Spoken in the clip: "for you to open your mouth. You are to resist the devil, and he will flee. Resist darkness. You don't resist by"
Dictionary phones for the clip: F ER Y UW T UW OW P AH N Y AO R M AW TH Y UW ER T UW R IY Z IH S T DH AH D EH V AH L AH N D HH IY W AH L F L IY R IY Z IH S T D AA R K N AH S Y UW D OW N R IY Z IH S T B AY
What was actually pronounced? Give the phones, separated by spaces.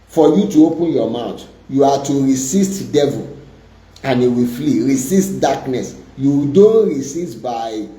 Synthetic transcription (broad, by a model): F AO Y UW T UW OW P AH N Y AO M AW T Y UW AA T UW R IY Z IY S T D EH V AH L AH N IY W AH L F L IY R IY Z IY S T D AA K N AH S Y UW D OW N R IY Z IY S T B AY